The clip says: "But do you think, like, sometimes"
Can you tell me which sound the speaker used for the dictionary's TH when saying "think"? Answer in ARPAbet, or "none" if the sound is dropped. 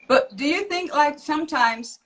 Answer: TH